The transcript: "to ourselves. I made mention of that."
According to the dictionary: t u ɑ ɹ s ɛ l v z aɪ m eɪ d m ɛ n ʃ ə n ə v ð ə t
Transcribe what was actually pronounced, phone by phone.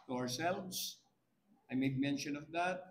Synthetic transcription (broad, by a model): t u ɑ ɹ s ɛ l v s aɪ m eɪ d m ɛ n ʃ ə n ə v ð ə t